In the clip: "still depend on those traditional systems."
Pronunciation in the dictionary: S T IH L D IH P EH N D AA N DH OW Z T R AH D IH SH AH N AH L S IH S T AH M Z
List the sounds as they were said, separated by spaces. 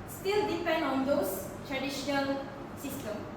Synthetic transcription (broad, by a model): S T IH L D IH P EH N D AA N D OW S T R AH D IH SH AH N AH L S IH S T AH M